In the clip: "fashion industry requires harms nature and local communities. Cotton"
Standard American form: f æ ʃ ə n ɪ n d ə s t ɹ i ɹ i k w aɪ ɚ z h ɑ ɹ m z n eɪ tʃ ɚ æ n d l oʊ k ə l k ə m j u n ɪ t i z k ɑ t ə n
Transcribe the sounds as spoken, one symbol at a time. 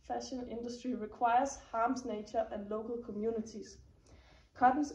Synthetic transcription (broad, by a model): f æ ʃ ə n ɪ n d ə s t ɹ i ɹ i k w aɪ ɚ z h ɑ m s n eɪ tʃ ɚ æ n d l oʊ k ə l k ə m j u n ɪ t i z k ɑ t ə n